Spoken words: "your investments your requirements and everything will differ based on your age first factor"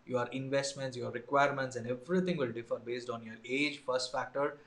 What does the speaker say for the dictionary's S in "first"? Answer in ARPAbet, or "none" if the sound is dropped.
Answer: S